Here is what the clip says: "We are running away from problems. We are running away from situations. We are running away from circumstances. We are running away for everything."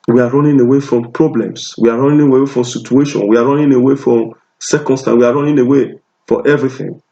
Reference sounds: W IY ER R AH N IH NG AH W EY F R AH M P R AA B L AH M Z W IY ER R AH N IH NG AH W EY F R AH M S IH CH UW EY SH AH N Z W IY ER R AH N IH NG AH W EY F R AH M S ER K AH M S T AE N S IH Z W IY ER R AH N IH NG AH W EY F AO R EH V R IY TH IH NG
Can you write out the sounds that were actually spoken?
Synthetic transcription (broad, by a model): W IY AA R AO N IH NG AH W EY F R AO M P R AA B L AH M S W IY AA R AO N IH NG AH W EY F R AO M S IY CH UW EY SH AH N W IY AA R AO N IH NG AH W EY F R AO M S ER K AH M S T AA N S W IY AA R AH N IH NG AH W EY F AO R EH V R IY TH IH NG